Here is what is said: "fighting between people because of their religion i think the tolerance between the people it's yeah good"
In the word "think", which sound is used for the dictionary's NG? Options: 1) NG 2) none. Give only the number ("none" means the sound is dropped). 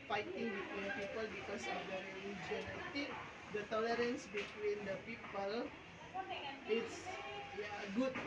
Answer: 2